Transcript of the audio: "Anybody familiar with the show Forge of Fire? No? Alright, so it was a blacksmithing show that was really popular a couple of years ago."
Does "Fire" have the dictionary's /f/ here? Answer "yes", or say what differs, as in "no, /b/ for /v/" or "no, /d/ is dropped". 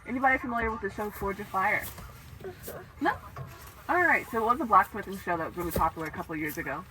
yes